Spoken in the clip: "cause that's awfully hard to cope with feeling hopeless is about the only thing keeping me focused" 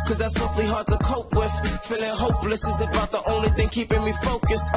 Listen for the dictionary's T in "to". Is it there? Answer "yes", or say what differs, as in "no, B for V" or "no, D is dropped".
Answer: yes